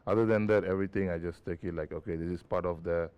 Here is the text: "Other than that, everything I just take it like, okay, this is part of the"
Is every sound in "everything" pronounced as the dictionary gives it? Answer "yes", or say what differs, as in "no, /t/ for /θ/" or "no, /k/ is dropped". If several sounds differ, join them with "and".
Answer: no, /t/ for /θ/